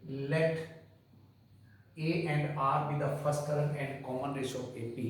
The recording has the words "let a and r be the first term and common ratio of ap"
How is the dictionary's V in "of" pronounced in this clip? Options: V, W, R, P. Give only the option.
P